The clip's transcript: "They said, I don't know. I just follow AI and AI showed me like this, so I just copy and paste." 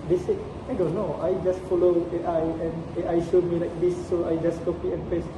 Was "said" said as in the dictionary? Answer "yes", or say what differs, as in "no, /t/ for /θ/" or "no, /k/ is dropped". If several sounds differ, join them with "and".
no, /d/ is dropped